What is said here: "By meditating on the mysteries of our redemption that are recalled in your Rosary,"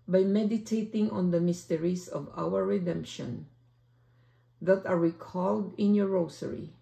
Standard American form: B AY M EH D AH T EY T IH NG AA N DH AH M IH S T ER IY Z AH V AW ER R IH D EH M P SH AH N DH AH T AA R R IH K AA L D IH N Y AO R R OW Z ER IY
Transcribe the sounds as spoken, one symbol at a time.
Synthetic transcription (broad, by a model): B AY M EH D AH T EY T IH NG AA N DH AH M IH S T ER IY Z AH V AW ER R IH D EH M P SH AH N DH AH T AA R R IH K AA L D IH N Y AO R R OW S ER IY